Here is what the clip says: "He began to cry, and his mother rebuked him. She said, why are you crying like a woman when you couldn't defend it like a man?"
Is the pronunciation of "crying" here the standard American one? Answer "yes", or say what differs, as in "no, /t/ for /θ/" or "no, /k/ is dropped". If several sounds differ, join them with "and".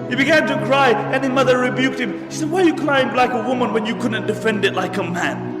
no, /l/ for /ɹ/